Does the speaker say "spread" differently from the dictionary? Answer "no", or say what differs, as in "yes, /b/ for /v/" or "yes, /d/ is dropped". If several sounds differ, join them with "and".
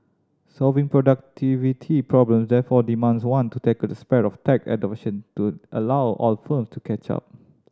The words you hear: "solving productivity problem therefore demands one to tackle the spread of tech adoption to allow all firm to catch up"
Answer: yes, /ɹ/ is dropped